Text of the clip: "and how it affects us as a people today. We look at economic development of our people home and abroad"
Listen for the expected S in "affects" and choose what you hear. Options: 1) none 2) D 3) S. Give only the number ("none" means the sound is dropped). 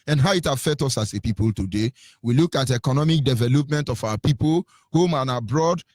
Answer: 1